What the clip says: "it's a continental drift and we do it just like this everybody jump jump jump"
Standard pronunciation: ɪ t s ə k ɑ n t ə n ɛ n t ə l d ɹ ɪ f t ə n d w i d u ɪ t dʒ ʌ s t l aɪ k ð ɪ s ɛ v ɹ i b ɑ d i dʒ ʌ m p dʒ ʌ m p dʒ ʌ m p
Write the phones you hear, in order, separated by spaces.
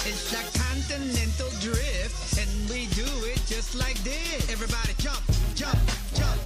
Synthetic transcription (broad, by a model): ɪ t s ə k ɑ n t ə n ɛ n t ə l d ɹ ɪ f t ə n w i d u ɪ t dʒ ʌ s t l aɪ k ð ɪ ɛ v ɹ i b ɑ d i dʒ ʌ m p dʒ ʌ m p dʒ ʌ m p